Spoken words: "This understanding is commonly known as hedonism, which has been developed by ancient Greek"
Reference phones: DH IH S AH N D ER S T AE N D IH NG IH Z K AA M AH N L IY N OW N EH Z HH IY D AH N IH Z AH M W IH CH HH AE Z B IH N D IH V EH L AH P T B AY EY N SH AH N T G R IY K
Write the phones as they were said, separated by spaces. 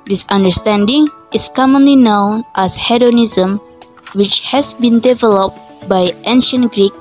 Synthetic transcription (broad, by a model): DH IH S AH N D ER S T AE N D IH NG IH S K AA M AH N L IY N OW N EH S HH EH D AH N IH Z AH M W IH CH HH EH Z B IH N D IH V EH L AH P T B AY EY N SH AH N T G R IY K